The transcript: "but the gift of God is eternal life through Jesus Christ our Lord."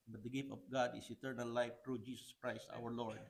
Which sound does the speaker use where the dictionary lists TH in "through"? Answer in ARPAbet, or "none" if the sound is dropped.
T